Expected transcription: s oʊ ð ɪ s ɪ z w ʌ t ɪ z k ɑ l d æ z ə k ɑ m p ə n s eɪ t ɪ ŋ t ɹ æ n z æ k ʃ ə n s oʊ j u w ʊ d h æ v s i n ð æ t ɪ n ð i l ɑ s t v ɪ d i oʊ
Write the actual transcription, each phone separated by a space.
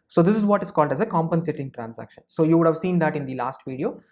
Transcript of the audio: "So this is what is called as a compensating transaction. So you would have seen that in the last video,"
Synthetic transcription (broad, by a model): s oʊ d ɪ s ɪ z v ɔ t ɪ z k ɑ l d æ z ə k ɑ m p ə n s eɪ t ɪ ŋ t ɹ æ n s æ k ʃ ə n s oʊ j u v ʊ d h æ v s i n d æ t ɪ n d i l ɑ s t v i d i oʊ